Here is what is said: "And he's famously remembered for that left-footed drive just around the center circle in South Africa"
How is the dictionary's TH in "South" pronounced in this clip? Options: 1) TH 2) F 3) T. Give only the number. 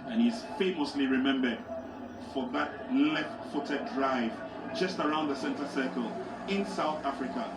1